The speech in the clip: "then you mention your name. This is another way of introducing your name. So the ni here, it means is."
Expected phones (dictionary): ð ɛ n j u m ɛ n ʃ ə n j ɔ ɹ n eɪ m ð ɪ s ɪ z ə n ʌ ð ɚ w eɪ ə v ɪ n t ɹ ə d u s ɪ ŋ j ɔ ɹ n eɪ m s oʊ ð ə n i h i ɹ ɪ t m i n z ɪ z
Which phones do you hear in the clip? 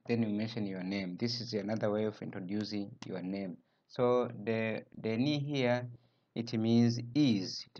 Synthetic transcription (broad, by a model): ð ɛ n j u m ɛ n ʃ ə n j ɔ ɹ n eɪ m ð ɪ s ɪ z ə n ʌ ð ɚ w eɪ ə v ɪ n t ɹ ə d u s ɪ ŋ j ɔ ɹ n eɪ m s oʊ ð ə n i h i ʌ ɪ t m i n z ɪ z